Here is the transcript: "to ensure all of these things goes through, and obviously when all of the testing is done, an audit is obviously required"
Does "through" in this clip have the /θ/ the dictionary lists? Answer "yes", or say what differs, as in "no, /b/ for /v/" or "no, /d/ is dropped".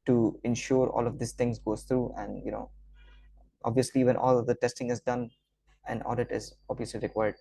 no, /t/ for /θ/